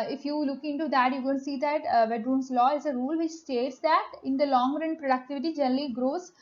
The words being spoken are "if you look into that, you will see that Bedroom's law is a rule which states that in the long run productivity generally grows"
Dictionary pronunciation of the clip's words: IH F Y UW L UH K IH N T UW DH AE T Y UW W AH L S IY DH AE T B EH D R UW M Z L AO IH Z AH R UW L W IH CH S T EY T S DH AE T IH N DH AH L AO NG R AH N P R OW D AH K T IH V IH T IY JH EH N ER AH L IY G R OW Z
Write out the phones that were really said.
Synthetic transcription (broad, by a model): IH F Y UW L UH K IH N T UW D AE T Y UW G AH N S IY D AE T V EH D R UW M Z L AO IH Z AH R UW L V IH CH S T EY T S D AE T IH N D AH L AO NG R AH N P R OW D AH K T IH V IH T IY JH EH N ER AH L IY G R OW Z